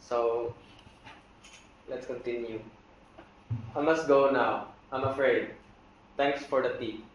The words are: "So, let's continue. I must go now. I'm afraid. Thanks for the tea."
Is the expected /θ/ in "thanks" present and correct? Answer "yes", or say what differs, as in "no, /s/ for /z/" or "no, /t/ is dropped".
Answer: no, /t/ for /θ/